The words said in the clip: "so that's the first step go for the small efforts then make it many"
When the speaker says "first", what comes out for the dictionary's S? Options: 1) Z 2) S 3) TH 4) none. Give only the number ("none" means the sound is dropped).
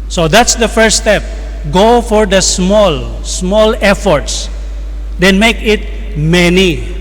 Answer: 4